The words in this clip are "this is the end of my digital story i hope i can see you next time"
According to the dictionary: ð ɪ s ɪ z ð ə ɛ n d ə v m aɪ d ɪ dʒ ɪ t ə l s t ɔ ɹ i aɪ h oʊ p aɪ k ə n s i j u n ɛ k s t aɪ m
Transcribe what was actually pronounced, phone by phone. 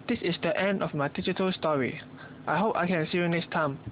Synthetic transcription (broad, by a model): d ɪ s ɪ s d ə ɛ n d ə f m aɪ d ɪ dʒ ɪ t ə l s t ɔ ɹ i aɪ h oʊ p aɪ k ə n s i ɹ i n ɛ s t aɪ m